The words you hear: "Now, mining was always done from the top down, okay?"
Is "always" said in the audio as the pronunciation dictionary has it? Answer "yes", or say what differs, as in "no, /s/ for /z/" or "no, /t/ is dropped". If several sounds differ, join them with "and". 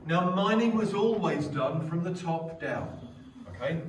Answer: yes